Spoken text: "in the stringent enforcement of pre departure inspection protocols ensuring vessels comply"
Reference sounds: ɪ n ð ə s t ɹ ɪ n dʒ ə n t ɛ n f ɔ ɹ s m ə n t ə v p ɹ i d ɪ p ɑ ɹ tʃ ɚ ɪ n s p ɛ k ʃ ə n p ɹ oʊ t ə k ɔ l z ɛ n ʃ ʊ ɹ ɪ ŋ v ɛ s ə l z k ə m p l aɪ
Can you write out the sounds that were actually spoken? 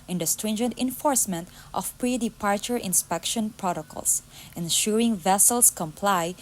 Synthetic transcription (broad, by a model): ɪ n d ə s t ɹ ɪ n dʒ ə n t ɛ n f ɔ ɹ s m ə n t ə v p ɹ i d ɪ p ɑ ɹ tʃ ɚ ɪ n s p ɛ k ʃ ə n p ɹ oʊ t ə k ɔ l s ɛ n ʃ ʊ ɹ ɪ ŋ v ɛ s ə l s k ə m p l aɪ